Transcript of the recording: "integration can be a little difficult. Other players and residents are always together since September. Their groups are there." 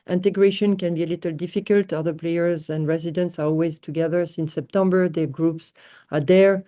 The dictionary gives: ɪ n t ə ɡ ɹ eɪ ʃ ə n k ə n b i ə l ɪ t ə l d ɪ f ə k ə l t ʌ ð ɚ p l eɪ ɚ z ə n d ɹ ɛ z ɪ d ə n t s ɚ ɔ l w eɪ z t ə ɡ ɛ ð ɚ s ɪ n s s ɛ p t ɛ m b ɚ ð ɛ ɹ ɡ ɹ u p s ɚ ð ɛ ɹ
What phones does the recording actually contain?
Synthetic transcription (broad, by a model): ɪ n t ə ɡ ɹ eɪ ʃ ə n k ə n b i ə l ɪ t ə l d ɪ f ə k ə l t ʌ ð ɚ p l eɪ ɚ z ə n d ɹ ɛ z ɪ d ə n t s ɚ ɔ l w eɪ z t ə ɡ ɛ ð ɚ s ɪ n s s ɛ p t ɛ m b ɚ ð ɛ ɡ ɹ u p s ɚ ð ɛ ɹ